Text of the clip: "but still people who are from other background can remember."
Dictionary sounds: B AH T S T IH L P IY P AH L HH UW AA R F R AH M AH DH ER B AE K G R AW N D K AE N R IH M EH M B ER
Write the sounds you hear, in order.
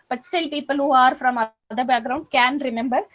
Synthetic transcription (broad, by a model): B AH T S T IH L P IY P AH L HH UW AA R F R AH M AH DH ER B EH G R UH N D K AE N R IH M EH M B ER